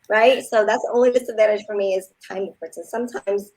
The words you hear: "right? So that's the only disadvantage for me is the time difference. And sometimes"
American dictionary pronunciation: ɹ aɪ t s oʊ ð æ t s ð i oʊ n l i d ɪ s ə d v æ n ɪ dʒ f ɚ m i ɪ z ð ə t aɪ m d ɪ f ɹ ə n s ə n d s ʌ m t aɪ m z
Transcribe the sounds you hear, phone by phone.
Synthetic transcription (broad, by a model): ɹ aɪ t s oʊ ð æ t s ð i oʊ n l i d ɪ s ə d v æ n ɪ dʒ f ɚ m i ɪ z t aɪ m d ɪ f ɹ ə s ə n s ʌ m t aɪ m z